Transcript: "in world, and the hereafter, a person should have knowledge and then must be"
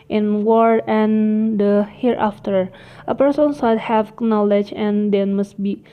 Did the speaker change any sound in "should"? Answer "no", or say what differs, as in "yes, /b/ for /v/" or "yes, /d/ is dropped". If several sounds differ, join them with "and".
yes, /s/ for /ʃ/